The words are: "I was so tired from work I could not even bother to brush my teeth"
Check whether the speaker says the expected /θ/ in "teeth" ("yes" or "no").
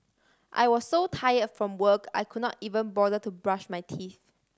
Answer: yes